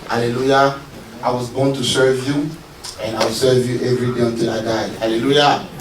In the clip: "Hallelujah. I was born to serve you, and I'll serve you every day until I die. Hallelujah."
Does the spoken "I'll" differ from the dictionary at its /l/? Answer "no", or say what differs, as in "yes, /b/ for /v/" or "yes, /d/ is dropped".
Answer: yes, /w/ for /l/